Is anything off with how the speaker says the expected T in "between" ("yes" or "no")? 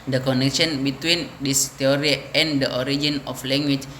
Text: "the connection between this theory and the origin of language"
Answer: no